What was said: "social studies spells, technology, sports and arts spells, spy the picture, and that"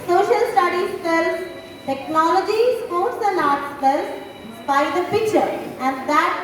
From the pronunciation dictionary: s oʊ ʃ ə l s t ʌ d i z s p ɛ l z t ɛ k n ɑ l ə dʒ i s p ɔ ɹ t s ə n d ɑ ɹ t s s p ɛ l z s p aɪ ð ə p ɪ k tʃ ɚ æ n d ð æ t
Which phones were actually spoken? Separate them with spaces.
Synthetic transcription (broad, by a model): s oʊ ʃ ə l s t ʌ d i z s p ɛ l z t ɛ k n ɑ l ə dʒ i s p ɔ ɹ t s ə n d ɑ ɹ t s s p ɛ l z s b aɪ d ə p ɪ k tʃ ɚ æ n d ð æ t